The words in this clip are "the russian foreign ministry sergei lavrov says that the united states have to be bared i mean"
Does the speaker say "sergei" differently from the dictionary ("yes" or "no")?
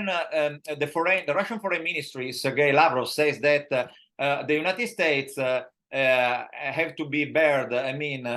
no